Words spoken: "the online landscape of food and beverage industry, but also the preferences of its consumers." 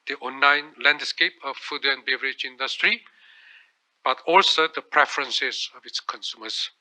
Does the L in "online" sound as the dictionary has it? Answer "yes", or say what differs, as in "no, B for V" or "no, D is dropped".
no, L is dropped